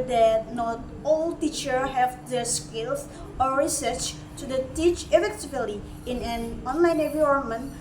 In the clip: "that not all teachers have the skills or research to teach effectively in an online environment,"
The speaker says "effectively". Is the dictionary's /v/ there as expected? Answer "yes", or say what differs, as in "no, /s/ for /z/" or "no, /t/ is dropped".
no, /b/ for /v/